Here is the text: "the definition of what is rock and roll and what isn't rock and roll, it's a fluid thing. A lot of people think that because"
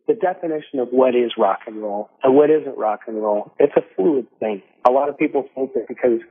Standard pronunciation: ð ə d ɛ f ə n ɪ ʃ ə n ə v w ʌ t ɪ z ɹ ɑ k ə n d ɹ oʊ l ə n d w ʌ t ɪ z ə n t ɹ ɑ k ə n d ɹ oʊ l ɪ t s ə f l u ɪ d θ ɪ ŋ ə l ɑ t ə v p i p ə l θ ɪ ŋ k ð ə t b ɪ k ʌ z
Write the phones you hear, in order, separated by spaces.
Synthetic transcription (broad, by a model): ð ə d ɛ f ə n ɪ ʃ ə n ə v w ʌ t ɪ z ɹ ɑ k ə n ɹ oʊ l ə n w ʌ t ɪ z ə n t ɹ ɑ k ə n ɹ oʊ l ɪ t s ə f u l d θ ɪ ŋ ə l ɑ t ə v p i p l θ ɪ k ð ə t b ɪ k ʌ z